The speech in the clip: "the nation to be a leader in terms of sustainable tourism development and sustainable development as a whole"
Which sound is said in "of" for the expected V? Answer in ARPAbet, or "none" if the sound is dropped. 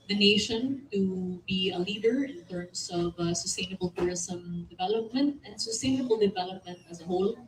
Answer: V